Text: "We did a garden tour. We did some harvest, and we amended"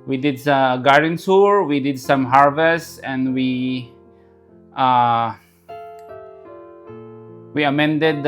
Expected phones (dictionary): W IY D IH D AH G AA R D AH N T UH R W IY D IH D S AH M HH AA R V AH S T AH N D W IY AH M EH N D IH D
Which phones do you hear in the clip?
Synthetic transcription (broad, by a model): W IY D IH D AH G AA R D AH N S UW R W IY D IH D S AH M HH AA R V AH S T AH N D W IY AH M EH N D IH D